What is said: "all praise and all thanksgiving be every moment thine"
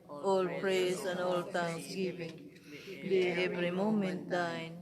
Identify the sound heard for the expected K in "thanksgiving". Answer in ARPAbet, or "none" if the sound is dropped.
none